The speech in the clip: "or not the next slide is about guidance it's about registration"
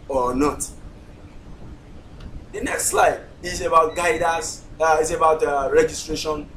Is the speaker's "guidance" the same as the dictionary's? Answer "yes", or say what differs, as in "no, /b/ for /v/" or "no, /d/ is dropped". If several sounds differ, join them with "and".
no, /n/ is dropped